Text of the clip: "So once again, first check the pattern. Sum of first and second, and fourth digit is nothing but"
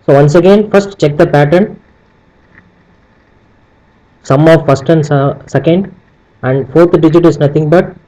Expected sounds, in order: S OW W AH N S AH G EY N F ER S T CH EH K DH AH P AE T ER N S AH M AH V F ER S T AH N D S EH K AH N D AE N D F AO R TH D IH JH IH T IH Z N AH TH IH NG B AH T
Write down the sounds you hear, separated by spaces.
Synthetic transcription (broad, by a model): S OW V AH N S AH G EY N F ER S T CH EH K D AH P AE T ER N S AH M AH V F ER S T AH N D S EH K AH N D AE N D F AO R T D IH JH IH T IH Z N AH T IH NG B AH T